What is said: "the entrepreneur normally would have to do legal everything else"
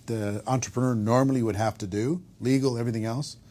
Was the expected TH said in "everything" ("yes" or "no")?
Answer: yes